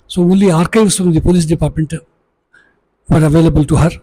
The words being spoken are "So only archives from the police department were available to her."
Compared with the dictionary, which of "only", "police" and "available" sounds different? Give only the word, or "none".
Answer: only